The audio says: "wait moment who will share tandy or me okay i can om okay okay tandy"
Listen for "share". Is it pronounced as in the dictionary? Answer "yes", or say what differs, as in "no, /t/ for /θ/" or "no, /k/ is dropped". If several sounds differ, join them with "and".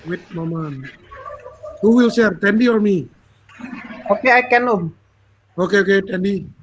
no, /s/ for /ʃ/